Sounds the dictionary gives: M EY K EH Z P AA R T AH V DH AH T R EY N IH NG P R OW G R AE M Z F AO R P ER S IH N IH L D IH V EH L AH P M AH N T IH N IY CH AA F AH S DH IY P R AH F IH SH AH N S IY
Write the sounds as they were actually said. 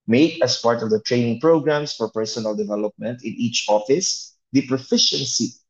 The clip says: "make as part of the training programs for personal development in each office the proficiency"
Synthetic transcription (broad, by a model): M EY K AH S P AA R T AH V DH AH T R EY N IH NG P R OW G R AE M S F AO R P ER S IH N IH L D IH V EH L AH P M AH N T IH N IY CH AA F AH S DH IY P R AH F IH SH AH N S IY